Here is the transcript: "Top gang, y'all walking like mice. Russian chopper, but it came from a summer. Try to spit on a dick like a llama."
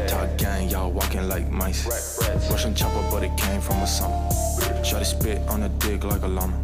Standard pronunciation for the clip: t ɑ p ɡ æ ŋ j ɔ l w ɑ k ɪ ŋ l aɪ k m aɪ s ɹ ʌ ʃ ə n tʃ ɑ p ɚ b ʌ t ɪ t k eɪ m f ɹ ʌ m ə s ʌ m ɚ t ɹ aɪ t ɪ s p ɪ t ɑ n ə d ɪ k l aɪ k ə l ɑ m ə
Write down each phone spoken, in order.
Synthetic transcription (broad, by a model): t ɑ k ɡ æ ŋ j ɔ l w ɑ k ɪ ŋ l aɪ k m aɪ s w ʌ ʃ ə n tʃ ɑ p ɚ b ʌ t ɪ t k eɪ m f ɹ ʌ m ə s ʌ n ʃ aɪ t ɪ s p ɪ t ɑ n ə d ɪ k l aɪ k ə l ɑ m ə